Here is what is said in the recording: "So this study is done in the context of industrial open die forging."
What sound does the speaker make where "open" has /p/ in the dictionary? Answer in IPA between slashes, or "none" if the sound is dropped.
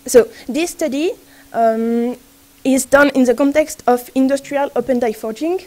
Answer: /p/